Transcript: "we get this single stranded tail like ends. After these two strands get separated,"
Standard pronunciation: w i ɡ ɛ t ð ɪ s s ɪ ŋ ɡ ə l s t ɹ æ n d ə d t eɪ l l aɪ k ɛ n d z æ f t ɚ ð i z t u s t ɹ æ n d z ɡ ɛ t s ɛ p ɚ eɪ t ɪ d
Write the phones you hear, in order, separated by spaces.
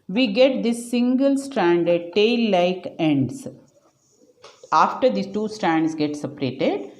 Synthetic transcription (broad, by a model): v i ɡ ɛ t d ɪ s s ɪ ŋ ɡ ə l s t ɹ æ n d ə d t eɪ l l aɪ k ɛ n d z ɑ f t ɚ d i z t u s t ɹ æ n d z ɡ ɛ t s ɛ p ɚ eɪ t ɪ d